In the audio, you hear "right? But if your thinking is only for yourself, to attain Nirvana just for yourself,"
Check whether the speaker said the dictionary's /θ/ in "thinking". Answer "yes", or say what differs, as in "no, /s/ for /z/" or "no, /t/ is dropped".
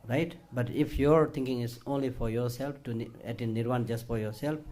no, /t/ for /θ/